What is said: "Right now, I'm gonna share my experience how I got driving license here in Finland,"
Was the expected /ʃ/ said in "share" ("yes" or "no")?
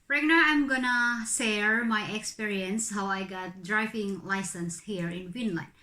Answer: no